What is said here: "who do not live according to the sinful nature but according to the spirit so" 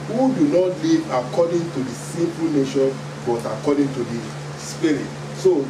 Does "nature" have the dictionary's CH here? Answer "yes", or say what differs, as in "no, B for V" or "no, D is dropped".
no, SH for CH